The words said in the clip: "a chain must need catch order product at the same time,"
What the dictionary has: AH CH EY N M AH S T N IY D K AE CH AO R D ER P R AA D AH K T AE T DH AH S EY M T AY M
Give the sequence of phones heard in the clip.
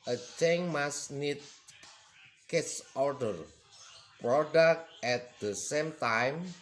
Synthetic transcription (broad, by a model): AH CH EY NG M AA S N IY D K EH S AO R D ER P R AA D AH K T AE T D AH S EY M T AY M